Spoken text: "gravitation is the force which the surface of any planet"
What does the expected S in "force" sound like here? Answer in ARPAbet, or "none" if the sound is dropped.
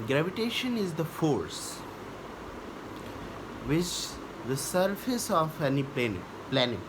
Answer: S